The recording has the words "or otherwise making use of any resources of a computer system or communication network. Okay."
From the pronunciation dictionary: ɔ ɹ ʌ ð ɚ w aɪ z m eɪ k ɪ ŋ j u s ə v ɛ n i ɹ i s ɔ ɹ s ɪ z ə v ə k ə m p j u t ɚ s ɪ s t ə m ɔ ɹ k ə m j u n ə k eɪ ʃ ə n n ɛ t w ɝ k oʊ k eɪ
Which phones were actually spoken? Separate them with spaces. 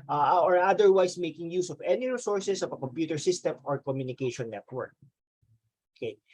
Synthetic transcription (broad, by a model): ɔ ɹ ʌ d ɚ w aɪ s m eɪ k ɪ ŋ j u s ə v ɛ n i ɹ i s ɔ ɹ s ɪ s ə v ə k ə m p j u t ɚ s ɪ s t ə m ɔ ɹ k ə m j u n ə k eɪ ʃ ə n n ɛ t w ɝ k oʊ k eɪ